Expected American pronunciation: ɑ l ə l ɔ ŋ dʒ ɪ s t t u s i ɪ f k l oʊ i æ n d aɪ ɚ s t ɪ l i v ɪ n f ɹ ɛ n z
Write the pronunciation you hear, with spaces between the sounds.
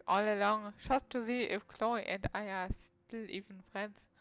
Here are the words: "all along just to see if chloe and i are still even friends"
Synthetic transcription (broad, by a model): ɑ l ə l ɔ ŋ ʃ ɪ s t t u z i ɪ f k l oʊ i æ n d aɪ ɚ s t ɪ l i v ɪ n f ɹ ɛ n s